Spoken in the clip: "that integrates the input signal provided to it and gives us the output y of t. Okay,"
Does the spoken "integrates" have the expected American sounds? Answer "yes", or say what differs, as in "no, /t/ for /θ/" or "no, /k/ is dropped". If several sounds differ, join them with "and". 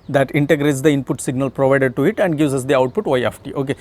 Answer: yes